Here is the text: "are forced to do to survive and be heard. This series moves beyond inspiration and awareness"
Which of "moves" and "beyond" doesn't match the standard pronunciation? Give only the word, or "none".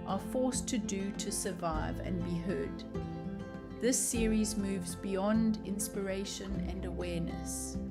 none